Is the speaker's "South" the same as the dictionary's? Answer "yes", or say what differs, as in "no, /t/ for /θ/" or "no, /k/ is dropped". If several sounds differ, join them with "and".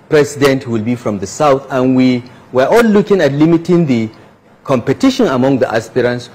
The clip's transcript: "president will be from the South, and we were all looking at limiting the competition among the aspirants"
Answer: yes